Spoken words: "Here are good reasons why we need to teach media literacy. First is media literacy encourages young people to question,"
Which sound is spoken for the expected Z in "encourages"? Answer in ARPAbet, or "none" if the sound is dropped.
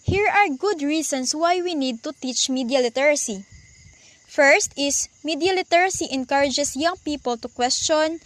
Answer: S